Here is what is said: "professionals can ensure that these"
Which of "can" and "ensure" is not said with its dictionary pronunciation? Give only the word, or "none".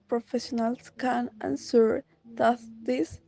ensure